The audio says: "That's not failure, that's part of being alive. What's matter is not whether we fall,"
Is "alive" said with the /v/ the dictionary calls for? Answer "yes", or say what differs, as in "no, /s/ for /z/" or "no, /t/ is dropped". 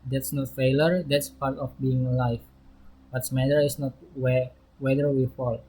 no, /f/ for /v/